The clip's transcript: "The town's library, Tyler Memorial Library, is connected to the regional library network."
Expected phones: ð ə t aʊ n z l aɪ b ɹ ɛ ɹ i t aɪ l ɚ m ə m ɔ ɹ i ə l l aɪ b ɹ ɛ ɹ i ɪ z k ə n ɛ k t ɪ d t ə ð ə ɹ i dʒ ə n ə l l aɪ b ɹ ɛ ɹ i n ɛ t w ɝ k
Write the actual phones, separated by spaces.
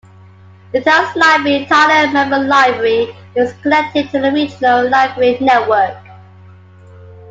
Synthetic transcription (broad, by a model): ð ə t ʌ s l aɪ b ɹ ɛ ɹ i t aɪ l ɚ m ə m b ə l l aɪ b ɹ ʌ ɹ i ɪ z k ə l ɛ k t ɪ d t ə ð ə ɹ i dʒ ə n ə l l aɪ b ɹ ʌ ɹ i n ɛ t w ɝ k